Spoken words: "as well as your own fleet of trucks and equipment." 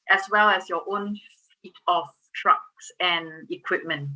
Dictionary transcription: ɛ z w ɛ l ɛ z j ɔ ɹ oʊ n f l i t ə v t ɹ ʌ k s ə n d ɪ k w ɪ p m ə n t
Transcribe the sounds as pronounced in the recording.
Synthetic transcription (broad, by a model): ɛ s w ɛ l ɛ s j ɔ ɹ oʊ n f i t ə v t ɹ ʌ k s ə n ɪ k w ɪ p m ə n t